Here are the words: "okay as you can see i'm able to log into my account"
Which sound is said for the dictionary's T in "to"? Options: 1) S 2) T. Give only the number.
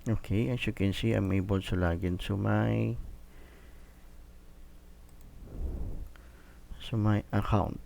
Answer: 1